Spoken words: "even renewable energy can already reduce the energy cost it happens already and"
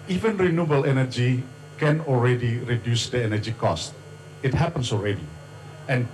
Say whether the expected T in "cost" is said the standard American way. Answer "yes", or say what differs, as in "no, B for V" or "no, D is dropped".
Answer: yes